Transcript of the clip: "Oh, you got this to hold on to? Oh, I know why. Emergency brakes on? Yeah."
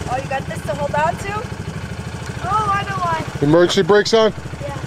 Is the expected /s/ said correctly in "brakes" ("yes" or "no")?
yes